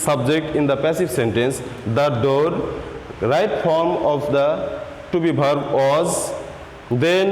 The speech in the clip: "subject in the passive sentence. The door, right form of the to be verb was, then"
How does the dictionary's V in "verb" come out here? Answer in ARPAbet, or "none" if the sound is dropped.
B